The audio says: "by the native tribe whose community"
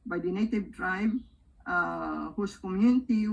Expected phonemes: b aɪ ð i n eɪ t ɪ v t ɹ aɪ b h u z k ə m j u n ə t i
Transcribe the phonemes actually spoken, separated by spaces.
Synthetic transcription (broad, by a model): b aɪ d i n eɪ t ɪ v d ɹ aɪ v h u s k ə m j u n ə t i